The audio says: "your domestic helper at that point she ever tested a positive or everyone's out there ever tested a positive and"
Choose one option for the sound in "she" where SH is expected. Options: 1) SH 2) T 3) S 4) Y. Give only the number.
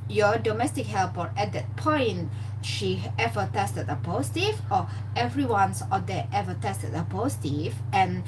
1